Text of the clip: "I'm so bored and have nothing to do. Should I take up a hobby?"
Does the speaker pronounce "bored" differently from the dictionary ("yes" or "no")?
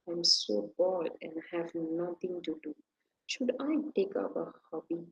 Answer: yes